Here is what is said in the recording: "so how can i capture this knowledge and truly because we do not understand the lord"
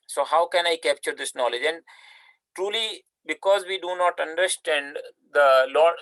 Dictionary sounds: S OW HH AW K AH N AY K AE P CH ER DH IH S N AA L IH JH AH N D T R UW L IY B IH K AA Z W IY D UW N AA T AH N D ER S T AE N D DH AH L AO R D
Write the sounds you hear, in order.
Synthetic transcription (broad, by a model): S OW HH AW K AH N AY K AE P CH ER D IH S N AA L IH JH AH N D T R UW L IY B IH K AA Z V IY D UW N AA T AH N D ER S T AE N D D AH L AO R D